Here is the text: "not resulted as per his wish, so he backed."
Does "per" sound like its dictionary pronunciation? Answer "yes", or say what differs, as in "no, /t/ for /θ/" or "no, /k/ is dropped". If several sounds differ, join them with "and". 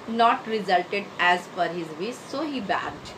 no, /f/ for /p/